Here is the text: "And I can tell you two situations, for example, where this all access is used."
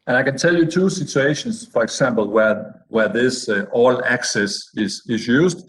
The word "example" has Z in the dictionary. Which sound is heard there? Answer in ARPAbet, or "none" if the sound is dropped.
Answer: S